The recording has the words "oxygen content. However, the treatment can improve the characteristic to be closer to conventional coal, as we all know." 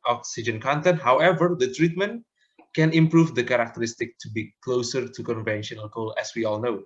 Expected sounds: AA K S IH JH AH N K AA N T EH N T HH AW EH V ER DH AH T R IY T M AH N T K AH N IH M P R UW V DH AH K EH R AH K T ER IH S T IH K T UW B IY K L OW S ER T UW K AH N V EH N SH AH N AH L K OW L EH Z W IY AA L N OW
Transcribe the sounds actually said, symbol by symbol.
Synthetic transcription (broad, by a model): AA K S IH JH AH N K AA N T EH N T HH AW EH V ER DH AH T R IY T M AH N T K AH N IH M P R UW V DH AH K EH R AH K T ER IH S T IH K T UW B IY K L OW S ER T UW K AH N V EH N SH AH N AH L K OW L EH S W IY AA L N OW